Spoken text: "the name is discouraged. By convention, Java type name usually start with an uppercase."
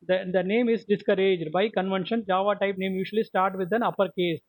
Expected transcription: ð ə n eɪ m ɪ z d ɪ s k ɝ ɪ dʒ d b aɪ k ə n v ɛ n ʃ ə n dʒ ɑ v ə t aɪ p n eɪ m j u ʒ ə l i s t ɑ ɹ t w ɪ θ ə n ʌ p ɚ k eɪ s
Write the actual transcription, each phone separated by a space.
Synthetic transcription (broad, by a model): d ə n eɪ m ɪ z d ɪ s k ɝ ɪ dʒ d b aɪ k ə n v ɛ n ʃ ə n dʒ ɑ v ə t aɪ p n eɪ m j u ʃ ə l i s t ɑ ɹ t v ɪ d ə n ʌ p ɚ k eɪ s